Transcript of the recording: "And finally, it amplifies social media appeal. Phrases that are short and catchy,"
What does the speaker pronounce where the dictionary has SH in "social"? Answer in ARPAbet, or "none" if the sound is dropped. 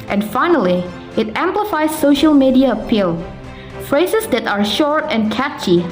SH